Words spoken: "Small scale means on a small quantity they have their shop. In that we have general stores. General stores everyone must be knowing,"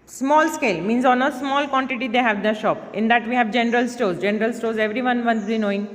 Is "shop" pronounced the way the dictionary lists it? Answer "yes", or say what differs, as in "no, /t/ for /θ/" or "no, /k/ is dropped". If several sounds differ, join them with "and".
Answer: yes